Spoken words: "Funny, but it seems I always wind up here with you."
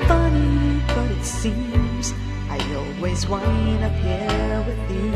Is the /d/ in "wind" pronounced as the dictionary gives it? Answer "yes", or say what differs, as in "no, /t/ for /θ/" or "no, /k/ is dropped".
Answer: no, /d/ is dropped